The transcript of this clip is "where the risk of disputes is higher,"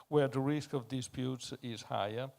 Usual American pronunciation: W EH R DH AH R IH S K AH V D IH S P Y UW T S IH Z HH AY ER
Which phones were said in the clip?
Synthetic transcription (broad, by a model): W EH R DH AH R IH S K AH V D IH S P Y UW T S IH Z HH AY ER